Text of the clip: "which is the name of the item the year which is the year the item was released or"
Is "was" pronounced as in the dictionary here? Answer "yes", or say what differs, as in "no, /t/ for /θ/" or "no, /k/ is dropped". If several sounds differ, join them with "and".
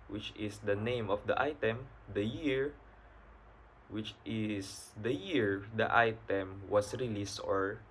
no, /s/ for /z/